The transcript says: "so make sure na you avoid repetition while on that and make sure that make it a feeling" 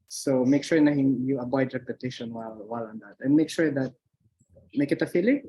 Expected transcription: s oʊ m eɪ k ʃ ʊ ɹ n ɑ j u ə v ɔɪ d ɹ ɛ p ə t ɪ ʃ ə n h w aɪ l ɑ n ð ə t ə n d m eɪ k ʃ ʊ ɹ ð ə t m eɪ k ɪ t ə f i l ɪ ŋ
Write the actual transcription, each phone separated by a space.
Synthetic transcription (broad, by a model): s oʊ m eɪ k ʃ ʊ ɹ n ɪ j u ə b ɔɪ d ɹ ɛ p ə t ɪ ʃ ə n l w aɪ l ɑ n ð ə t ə n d m eɪ k ʃ ʊ ɹ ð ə t m eɪ k ɪ t ə f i l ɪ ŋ